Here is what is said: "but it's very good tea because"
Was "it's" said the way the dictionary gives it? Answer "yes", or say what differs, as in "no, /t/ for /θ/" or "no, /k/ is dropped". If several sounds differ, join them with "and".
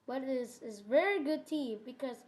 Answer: no, /s/ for /t/